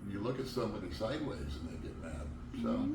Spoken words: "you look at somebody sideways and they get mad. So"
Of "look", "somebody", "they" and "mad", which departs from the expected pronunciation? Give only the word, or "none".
somebody